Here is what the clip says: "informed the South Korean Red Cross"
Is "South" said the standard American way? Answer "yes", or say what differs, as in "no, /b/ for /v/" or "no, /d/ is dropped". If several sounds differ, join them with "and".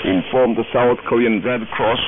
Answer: yes